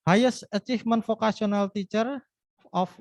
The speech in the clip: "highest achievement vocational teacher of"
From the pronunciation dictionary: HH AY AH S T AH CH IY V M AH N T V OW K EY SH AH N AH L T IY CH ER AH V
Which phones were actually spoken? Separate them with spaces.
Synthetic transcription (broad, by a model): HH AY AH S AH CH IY F M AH N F OW K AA S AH N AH L T IY CH ER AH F